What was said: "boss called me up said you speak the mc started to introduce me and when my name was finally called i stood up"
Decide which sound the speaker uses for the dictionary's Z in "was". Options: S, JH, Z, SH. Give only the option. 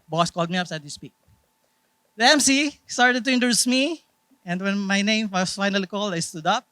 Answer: S